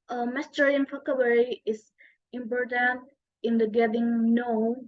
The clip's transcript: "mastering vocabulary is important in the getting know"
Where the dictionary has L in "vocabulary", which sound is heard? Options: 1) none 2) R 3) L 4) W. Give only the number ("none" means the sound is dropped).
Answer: 4